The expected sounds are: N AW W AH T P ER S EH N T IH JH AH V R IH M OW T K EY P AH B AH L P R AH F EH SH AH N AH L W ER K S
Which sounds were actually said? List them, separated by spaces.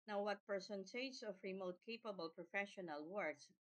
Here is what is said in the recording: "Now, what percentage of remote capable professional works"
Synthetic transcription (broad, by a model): N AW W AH T P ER S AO N S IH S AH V R IH M OW T K EY P AH B AH L P R AH F EH SH AH N AH L W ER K S